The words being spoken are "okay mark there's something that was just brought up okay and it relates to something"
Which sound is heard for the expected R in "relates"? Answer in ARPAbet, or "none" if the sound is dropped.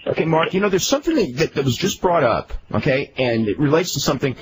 R